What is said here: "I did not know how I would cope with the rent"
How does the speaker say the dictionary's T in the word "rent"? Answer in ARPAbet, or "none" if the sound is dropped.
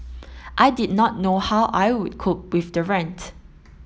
T